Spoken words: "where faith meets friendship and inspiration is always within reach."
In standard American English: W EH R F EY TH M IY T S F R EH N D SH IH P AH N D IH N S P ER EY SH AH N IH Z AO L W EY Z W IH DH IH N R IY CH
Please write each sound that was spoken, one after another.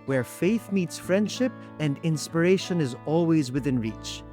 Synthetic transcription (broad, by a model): W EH R F EY TH M IY T S F R EH N D SH IH P AH N D IH N S P ER EY SH AH N IH Z AO L W EY Z W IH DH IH N R IY CH